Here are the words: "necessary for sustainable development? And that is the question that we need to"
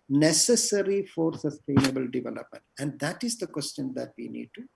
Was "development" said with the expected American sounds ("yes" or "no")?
yes